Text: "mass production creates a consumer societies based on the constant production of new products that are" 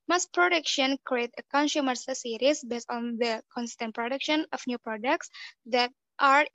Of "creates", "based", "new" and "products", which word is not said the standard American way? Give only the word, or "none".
creates